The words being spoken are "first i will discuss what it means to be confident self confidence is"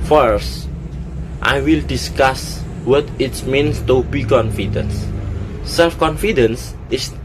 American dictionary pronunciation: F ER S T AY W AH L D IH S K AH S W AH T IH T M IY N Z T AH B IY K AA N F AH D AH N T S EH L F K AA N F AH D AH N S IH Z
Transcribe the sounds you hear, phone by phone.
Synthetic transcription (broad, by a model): F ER S T AY W AH L D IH S K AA S W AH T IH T M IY N S T AH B IY K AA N F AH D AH N S EH L F K AA N F AH D AH N S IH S